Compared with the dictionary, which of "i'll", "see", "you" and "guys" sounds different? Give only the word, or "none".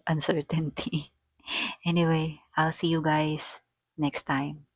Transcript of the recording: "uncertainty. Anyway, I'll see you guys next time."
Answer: guys